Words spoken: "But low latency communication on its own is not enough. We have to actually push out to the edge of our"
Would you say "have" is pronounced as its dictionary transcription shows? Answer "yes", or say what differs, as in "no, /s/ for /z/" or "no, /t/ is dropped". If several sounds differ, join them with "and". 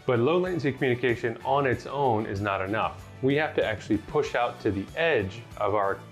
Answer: no, /f/ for /v/